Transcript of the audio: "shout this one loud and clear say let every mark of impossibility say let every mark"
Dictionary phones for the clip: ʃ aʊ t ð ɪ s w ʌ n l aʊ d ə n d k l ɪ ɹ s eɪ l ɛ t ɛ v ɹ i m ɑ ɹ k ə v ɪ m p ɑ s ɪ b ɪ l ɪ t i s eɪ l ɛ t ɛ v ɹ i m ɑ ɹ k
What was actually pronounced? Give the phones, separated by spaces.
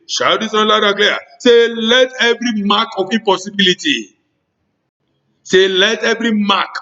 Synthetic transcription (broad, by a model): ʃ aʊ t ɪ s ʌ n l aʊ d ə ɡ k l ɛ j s eɪ l ɛ t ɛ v ɹ i m ɑ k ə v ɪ p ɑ s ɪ b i l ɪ t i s eɪ l ɛ t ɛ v ɹ i m ɑ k